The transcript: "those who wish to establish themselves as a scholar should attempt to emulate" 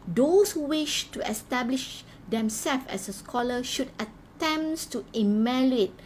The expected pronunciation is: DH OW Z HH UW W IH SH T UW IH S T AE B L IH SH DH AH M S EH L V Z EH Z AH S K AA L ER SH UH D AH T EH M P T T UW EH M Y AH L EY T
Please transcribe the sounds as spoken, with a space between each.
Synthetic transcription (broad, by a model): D OW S HH UW W IH SH T UW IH S T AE B L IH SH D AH M S EH L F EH S AH S K AA L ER SH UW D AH T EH M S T T UW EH M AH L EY T